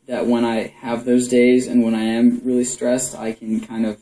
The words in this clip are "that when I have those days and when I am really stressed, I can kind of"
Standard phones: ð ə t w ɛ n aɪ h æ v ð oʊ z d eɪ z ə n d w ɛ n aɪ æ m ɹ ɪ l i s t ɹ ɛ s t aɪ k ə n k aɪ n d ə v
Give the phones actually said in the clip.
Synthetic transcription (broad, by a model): ð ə t w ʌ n aɪ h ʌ v ð oʊ z d eɪ z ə n w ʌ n aɪ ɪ m ɹ ɪ l i s t ɹ ɛ s t aɪ k ə n k aɪ n d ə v